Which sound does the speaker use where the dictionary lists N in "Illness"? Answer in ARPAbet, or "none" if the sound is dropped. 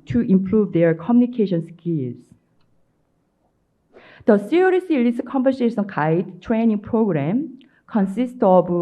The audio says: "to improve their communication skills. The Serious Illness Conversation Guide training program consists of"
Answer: none